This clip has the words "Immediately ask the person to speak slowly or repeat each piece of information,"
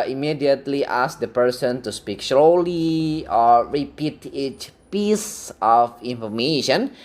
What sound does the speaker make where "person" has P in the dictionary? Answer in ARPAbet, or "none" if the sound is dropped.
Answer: P